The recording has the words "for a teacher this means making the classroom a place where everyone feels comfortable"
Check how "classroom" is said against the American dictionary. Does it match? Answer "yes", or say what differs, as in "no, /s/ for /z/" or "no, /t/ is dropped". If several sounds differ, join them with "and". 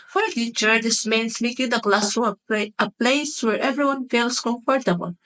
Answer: no, /ɹ/ is dropped and /m/ is dropped